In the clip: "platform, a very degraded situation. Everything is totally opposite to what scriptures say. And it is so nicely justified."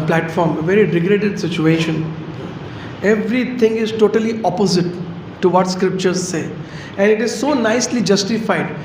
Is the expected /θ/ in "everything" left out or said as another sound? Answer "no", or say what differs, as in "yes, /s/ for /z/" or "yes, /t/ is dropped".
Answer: yes, /t/ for /θ/